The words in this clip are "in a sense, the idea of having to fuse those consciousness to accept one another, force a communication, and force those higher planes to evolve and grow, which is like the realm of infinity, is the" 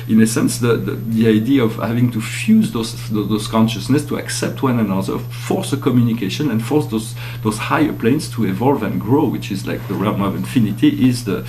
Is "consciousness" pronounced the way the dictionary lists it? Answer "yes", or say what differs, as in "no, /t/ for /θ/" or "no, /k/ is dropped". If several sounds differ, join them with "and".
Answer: yes